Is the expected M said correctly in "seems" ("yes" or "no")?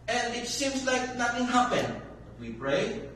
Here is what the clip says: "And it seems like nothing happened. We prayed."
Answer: yes